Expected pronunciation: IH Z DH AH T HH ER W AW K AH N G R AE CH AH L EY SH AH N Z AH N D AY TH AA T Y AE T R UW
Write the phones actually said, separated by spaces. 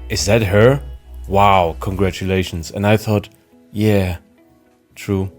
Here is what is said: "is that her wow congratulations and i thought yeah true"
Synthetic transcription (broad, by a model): IH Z DH AH T HH ER W AW K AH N G R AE CH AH L EY SH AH N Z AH N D AY TH AA T Y AE T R UW